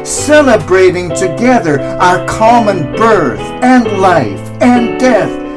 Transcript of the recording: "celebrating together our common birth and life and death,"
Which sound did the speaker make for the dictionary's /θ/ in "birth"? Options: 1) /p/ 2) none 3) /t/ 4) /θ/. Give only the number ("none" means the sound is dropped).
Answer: 4